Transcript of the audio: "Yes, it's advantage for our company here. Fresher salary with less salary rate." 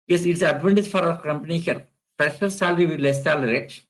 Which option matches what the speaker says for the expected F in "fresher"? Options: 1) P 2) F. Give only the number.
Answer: 1